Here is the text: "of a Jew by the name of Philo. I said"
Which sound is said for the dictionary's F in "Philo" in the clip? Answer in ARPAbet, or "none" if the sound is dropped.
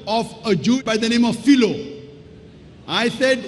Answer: F